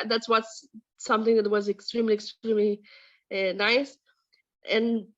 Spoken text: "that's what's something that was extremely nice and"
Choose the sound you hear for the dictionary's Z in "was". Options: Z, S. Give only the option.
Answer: Z